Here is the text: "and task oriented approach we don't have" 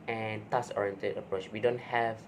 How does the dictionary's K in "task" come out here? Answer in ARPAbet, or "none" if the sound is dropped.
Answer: none